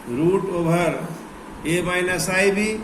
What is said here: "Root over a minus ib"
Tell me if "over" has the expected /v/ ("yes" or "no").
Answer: no